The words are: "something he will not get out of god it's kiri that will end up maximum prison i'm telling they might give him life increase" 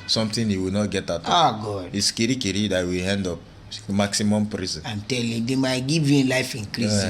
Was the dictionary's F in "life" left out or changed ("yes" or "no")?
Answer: no